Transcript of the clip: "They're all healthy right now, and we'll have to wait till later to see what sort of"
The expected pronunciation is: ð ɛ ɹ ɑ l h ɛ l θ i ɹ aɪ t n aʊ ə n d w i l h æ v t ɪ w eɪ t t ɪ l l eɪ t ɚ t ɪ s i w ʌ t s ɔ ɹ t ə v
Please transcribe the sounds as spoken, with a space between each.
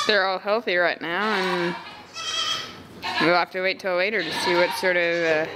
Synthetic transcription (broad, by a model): ð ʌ ɹ ɑ l h ɛ l θ i ɹ aɪ t n aʊ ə n w i l h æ f t ɪ w eɪ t t ɪ l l eɪ t ɚ t ɪ s i w ʌ t s ɔ ɹ t ə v